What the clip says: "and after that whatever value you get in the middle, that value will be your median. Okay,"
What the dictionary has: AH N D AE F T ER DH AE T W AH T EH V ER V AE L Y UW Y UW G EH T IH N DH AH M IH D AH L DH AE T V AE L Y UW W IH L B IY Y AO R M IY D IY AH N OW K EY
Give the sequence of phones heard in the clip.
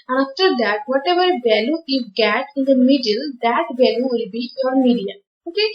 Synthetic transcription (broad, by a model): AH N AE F T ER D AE T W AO T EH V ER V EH L Y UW Y UW G EH T IH N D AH M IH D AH L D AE T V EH L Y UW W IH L B IY Y AO R M IY D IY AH OW K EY